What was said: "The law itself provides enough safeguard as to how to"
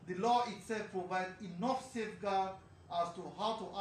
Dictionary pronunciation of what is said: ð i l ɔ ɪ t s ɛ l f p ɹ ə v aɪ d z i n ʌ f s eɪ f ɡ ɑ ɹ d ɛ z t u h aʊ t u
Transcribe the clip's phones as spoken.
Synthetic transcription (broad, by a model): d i l ɔ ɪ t s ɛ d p ɹ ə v aɪ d i n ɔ f s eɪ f ɡ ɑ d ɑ s t u h aʊ t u